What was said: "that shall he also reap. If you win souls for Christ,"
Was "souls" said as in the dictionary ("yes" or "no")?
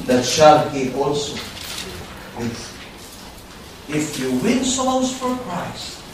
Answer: no